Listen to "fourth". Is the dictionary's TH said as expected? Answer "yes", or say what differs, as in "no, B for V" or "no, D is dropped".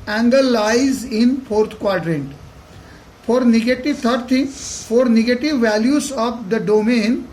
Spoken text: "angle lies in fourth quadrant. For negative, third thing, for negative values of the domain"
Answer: no, T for TH